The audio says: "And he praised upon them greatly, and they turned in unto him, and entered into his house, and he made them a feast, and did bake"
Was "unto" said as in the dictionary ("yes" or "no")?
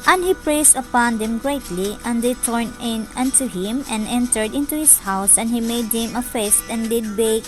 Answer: yes